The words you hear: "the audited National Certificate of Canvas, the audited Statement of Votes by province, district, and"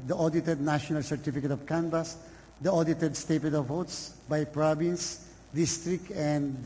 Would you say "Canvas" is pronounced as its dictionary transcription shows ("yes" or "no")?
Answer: no